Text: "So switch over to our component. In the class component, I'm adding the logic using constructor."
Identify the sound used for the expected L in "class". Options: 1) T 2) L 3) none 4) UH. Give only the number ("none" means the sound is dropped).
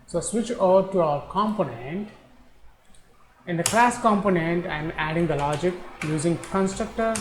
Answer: 2